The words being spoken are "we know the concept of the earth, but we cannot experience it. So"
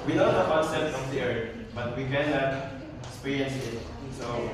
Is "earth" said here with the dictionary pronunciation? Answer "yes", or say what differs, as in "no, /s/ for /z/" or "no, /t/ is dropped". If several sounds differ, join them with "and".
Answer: no, /t/ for /θ/